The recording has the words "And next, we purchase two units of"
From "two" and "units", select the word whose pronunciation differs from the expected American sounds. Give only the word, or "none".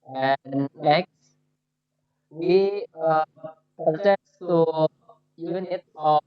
units